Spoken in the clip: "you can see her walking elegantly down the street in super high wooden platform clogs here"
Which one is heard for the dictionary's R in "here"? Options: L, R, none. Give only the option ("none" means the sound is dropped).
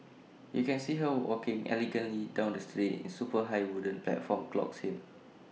L